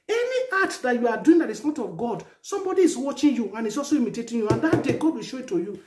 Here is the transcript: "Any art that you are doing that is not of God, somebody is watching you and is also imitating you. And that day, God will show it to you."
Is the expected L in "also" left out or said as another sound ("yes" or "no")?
yes